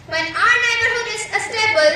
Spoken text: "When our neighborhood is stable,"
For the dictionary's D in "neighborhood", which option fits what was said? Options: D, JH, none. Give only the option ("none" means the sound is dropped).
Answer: none